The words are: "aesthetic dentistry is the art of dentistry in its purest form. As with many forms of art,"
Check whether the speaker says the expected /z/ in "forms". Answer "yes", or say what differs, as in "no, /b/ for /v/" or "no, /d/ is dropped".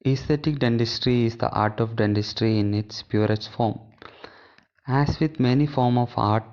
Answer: no, /z/ is dropped